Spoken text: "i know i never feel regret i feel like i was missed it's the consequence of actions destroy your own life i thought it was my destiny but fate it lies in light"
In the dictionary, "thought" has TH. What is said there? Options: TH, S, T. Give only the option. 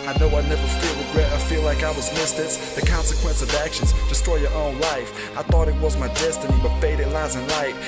TH